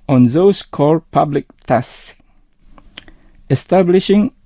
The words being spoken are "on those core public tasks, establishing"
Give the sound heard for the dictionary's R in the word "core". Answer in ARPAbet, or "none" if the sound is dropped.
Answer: L